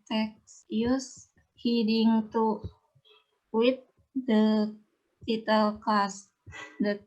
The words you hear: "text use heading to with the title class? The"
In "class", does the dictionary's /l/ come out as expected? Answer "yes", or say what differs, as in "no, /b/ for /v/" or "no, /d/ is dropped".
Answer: no, /l/ is dropped